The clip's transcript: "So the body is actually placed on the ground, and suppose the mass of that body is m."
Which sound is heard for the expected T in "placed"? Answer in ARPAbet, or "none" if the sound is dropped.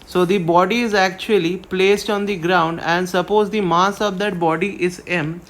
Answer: T